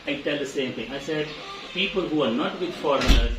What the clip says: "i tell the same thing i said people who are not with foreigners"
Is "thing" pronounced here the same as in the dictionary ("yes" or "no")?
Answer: no